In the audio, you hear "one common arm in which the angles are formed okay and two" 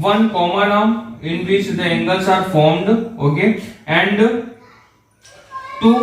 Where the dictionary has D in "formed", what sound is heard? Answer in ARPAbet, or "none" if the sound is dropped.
D